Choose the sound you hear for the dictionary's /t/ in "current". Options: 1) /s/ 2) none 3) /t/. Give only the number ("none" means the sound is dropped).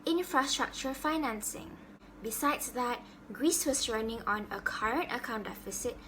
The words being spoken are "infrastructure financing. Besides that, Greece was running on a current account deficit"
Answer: 3